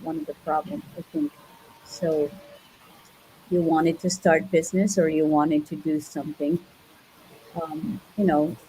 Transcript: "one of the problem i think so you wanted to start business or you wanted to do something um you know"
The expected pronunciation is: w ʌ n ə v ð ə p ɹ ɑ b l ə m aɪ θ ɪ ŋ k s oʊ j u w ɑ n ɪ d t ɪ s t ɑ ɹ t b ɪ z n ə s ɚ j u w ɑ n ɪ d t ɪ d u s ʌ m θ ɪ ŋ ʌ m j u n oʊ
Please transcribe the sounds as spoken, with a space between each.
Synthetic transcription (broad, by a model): w ʌ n ə v ð ə p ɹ ɑ b l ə m aɪ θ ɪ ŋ k s oʊ j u w ɑ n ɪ d t ɪ s t ɑ ɹ t b ɪ z n ə s ɚ j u w ɑ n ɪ d t ɪ d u s ʌ m θ ɪ ŋ ʌ m j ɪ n oʊ